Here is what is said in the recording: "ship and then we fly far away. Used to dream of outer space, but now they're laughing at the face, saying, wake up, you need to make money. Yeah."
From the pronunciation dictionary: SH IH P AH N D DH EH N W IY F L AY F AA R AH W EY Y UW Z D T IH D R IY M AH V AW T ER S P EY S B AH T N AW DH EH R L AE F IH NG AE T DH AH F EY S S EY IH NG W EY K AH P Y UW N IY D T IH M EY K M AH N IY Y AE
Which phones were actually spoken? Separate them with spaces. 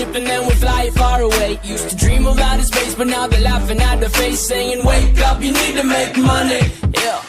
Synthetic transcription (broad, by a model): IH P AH N DH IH N W IY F L AY F AA R AH W EY Y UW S T IH D R IY M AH B AW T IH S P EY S B AH T N AW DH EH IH L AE F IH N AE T DH AH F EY S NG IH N W EY K AH P Y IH N IY D T IH M EY K M AH N IY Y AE